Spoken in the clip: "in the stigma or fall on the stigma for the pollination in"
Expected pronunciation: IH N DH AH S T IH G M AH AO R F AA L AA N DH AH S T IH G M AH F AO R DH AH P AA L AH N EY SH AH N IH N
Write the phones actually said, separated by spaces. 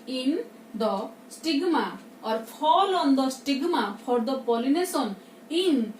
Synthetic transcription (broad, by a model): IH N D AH S T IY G M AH AO R P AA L AA N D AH S T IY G M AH P AO R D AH P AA L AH N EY S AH N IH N